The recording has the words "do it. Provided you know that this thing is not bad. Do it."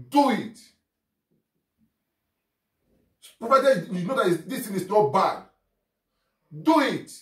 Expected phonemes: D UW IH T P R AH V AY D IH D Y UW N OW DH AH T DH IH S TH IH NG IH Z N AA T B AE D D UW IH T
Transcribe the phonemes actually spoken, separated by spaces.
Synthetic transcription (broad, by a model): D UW IH T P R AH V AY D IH Y UW N OW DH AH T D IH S T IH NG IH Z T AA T B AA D D UW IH T